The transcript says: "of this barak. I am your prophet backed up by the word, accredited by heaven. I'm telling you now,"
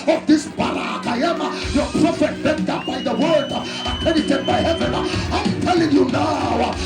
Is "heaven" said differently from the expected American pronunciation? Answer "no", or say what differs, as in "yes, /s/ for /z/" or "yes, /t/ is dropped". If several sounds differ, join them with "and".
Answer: no